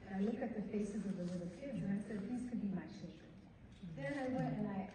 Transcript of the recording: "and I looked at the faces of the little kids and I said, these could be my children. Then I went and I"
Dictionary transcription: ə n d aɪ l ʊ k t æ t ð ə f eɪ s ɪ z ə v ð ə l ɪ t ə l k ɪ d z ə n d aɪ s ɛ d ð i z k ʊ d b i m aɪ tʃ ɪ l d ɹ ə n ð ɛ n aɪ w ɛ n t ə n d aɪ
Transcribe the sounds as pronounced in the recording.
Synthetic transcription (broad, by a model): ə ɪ l ʊ k ɪ t ð ə f eɪ s ɪ z ə v ð ə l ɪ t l k ɪ d z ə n aɪ s ɛ d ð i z k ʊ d b i m aɪ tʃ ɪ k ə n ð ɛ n aɪ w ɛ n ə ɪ